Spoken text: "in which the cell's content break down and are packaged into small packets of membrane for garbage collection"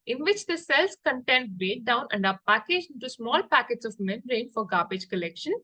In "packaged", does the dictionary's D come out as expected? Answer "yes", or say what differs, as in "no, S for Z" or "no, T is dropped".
no, D is dropped